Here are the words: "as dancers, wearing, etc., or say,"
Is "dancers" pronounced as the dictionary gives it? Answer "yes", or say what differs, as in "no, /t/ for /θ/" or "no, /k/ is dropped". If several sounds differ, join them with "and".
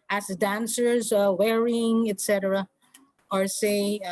yes